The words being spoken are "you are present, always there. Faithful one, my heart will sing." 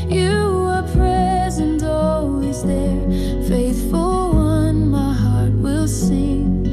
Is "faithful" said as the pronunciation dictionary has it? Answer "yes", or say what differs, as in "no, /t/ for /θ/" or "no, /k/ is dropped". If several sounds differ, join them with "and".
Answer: yes